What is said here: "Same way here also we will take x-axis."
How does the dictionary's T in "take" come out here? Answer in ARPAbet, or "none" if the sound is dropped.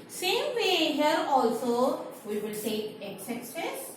S